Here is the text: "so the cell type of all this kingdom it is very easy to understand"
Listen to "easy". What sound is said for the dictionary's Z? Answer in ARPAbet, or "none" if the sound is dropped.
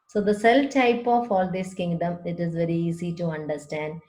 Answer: S